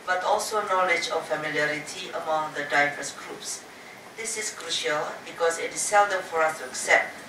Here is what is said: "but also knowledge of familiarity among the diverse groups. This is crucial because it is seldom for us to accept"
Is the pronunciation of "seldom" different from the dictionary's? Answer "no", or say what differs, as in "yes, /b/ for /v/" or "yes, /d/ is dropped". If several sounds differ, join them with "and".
no